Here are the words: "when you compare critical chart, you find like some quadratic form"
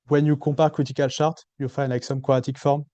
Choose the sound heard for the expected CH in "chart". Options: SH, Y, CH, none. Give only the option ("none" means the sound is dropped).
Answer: SH